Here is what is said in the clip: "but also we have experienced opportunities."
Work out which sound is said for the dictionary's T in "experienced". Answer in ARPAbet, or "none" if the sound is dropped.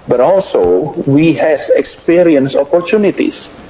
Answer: none